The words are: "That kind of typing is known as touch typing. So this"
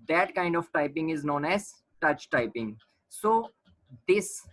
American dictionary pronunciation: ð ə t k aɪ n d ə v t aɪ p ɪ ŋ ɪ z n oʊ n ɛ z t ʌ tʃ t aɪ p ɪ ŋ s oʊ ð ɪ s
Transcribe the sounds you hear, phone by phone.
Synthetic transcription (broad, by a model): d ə t k aɪ n d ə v t aɪ p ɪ ŋ ɪ z n oʊ n ɛ z t ʌ tʃ t aɪ p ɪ ŋ s oʊ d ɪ s